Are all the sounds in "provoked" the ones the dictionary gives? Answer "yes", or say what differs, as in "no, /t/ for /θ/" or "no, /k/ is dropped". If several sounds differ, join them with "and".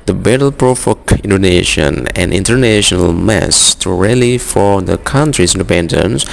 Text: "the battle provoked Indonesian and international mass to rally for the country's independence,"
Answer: no, /f/ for /v/ and /t/ is dropped